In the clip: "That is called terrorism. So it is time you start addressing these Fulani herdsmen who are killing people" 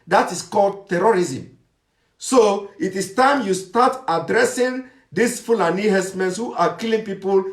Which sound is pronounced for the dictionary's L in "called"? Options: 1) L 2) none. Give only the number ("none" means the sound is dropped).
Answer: 1